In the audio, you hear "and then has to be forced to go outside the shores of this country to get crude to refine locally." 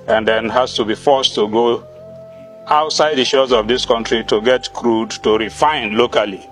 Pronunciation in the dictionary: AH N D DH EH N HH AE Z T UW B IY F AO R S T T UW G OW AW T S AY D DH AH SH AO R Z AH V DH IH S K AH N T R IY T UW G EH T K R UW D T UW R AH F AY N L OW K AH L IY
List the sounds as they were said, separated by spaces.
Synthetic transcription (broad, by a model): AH N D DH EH N HH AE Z T UW B IY F AO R S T T UW G OW AW T S AY D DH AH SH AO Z AH V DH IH S K AH N T R IY T UW G EH T K R UW D T UW R AH F AY N L OW K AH L IY